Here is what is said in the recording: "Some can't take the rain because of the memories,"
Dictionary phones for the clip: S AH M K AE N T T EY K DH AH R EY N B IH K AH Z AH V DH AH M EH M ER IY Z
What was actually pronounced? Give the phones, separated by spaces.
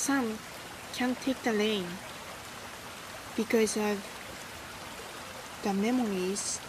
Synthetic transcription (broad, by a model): S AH M K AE N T T EY K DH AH L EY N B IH K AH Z AH V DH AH M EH M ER IY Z